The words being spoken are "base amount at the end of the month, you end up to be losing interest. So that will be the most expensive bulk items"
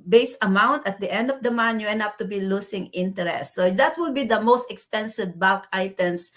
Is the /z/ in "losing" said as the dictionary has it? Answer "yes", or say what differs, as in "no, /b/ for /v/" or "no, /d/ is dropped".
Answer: no, /s/ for /z/